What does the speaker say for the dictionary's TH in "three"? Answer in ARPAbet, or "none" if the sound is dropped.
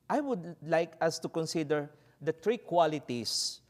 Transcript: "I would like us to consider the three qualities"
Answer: T